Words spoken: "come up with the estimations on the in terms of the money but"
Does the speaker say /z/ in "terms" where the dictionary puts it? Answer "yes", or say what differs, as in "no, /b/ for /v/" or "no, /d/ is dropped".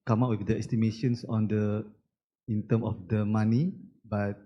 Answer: no, /z/ is dropped